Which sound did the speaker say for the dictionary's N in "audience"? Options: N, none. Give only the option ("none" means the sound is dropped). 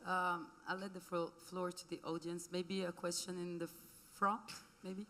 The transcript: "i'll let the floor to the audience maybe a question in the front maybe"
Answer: N